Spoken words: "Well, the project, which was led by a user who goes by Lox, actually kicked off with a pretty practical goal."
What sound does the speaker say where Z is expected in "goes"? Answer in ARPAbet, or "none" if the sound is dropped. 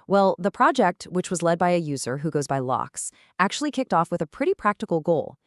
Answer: Z